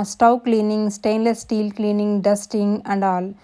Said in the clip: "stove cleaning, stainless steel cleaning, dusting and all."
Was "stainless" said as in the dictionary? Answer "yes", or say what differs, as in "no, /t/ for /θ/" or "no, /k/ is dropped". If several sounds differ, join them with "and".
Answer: yes